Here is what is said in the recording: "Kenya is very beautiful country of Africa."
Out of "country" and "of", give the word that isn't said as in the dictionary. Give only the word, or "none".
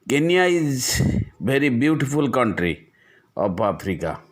of